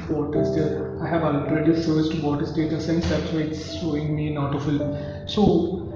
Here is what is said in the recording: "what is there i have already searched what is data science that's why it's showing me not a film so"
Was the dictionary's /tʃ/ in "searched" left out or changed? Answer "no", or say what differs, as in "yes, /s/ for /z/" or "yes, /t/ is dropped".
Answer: yes, /s/ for /tʃ/